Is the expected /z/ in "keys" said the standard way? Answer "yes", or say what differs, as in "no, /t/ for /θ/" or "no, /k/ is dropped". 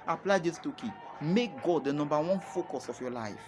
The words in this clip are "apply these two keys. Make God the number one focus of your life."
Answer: no, /z/ is dropped